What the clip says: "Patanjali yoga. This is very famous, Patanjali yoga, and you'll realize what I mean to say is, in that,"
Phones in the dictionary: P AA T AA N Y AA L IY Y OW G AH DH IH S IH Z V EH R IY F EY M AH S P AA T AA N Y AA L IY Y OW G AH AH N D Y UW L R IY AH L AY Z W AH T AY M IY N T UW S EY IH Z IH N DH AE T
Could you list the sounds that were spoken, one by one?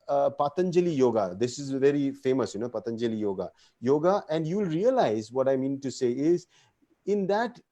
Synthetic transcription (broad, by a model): P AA T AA N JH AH L IY Y OW G AH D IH S IH Z V EH R IY F EY M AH S P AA T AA N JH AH L IY Y OW G AH AH N D Y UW L R IY AH L AY Z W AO T AY M IY N T UW S EY IH Z IH N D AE T